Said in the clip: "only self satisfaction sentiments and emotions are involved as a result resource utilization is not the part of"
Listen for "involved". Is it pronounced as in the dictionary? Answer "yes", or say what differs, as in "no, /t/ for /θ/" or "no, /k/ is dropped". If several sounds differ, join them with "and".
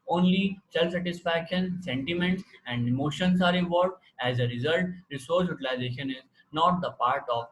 no, /n/ is dropped